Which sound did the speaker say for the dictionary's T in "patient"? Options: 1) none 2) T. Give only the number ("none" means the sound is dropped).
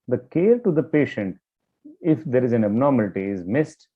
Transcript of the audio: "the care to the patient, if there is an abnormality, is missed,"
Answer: 2